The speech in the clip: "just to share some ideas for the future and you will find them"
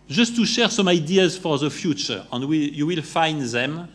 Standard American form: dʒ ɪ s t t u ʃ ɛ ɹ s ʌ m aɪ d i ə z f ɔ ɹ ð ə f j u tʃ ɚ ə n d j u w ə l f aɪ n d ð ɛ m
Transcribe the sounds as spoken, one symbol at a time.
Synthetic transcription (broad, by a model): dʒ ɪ s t t u ʃ ɛ ɹ s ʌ m aɪ d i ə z f ɔ ɹ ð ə f j u tʃ ɚ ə n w j u w ə l f aɪ n d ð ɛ m